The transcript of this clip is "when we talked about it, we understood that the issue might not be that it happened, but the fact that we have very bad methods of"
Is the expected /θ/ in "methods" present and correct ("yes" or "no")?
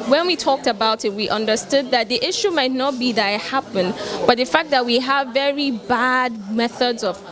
yes